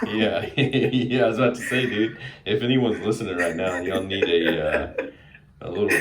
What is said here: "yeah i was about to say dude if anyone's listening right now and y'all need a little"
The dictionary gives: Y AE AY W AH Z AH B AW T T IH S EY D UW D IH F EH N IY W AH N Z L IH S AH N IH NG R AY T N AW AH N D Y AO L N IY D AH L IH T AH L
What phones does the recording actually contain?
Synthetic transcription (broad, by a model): Y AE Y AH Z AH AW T T IH S EY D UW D IH F EH N IY W AH N Z L IH S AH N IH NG R AY T N AW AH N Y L N IY D AH L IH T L